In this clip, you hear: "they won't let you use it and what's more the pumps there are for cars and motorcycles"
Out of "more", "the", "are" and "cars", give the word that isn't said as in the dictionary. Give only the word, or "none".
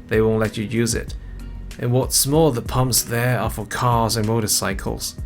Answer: more